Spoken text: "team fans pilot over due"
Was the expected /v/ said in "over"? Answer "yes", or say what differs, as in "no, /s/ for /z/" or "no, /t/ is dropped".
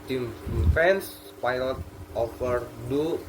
no, /f/ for /v/